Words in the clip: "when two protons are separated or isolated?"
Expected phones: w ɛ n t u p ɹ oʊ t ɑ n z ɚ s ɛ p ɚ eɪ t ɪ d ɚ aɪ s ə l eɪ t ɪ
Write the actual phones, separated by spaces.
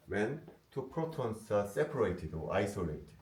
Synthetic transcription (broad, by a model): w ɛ n t u p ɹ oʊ t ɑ n s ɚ s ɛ p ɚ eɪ t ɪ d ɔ aɪ s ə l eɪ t